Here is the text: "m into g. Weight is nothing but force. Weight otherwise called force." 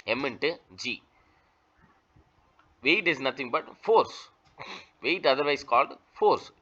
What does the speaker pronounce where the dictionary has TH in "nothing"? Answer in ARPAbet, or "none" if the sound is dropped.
T